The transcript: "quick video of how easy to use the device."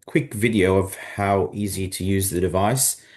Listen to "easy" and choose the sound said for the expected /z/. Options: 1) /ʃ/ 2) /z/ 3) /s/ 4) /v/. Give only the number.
2